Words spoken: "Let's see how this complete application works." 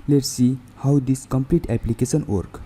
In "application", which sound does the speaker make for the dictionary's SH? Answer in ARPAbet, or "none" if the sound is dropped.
S